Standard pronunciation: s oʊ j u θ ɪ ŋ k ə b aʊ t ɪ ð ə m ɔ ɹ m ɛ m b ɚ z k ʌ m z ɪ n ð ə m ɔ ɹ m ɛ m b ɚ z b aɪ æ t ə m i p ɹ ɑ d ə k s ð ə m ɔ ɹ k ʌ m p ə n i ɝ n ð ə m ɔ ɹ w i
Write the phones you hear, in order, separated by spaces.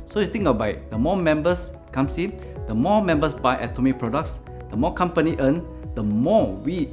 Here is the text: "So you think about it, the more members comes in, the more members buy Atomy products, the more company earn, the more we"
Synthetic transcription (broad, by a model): s oʊ j u t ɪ ŋ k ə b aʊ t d ə m ɔ m ɛ m b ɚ s k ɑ m s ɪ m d ə m ɔ m ɛ m b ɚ s b aɪ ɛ t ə m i p ɹ ɑ d ə k s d ə m ɔ k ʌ m p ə n i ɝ n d ə m ɔ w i